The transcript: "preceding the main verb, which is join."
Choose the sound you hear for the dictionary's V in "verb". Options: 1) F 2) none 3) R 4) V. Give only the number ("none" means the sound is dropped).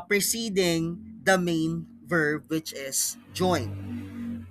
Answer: 4